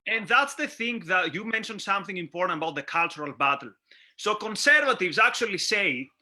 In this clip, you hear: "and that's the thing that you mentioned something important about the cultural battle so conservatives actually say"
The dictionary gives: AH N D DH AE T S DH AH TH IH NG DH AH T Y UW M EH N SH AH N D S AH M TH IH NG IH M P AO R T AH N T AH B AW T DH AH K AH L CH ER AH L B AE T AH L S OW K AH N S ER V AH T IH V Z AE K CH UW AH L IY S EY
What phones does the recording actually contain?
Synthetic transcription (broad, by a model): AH N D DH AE T S DH AH TH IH NG DH AH T Y UW M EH N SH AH N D S AH M TH IH NG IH M P AO R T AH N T AH B AW T DH AH K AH L CH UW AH L B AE T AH L S OW K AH N S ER V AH T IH V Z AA K CH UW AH L IY S EY